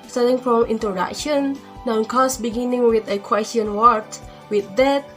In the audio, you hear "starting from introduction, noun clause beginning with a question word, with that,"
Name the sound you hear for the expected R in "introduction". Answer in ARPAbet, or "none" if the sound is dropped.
none